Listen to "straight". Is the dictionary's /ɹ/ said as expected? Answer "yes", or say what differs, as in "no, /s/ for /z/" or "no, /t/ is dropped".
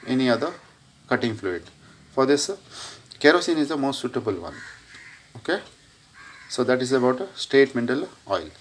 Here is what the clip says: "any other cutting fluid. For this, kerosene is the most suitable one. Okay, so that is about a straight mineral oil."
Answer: no, /ɹ/ is dropped